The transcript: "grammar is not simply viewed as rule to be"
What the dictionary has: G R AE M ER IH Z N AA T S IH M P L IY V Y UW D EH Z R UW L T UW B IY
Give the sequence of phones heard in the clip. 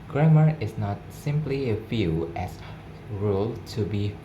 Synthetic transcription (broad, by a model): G R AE M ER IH S N AA T S IH M P L IY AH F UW EH S R UW L T UW B IY